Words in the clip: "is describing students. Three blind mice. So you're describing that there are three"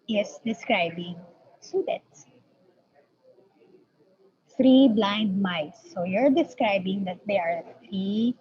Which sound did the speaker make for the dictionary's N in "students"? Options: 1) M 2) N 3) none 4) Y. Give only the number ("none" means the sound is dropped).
3